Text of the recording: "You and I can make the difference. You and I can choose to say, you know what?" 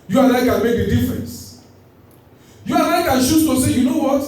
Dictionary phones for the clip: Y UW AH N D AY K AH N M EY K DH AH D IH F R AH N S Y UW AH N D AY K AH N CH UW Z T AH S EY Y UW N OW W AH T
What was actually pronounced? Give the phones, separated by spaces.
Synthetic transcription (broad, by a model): Y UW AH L AY K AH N M EY K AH D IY F R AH N S Y UW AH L AY K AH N SH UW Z T AH S EY Y UW N OW W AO T